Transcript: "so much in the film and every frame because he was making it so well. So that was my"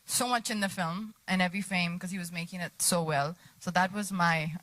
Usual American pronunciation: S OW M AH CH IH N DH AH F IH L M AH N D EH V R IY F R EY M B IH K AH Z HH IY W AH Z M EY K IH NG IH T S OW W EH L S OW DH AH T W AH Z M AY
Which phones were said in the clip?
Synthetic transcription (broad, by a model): S OW M AH CH IH N DH AH F IH L M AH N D EH V R IY F EY M K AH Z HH IY W AH Z M EY K IH NG IH T S OW W EH L S OW DH AH T W AH Z M AY